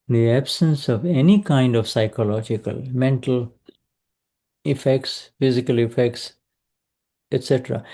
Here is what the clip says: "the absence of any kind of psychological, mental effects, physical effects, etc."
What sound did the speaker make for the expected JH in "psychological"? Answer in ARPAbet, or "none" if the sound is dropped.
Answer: JH